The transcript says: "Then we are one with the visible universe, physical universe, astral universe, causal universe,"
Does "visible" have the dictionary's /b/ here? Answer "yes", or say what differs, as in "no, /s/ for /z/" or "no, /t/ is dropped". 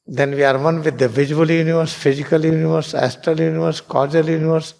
no, /b/ is dropped